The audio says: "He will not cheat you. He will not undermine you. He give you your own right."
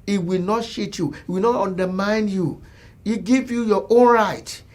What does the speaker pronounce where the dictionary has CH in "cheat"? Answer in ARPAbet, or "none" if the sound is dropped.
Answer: SH